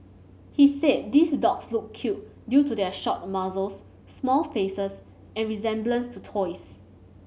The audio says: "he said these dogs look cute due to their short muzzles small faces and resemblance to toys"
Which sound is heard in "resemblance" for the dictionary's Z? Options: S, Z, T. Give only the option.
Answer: Z